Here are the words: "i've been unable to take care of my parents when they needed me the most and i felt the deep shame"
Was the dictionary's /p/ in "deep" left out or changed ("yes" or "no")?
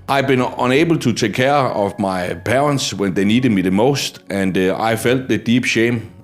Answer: yes